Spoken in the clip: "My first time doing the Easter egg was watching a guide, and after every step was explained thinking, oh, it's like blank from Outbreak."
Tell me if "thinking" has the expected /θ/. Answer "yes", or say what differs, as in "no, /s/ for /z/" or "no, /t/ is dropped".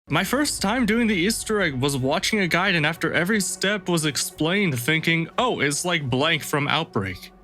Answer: yes